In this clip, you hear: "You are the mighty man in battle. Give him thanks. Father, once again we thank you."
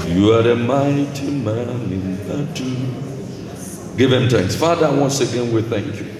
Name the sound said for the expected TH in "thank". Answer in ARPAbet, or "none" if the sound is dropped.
TH